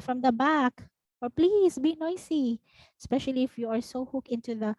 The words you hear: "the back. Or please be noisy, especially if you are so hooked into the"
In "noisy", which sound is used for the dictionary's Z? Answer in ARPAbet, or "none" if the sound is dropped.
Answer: S